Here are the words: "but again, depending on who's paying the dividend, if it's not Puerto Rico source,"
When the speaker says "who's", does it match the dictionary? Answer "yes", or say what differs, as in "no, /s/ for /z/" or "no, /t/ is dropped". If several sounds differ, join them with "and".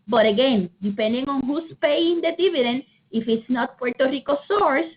no, /s/ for /z/